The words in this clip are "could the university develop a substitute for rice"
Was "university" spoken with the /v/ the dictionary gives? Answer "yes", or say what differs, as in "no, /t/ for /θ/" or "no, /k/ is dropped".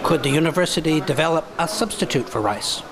yes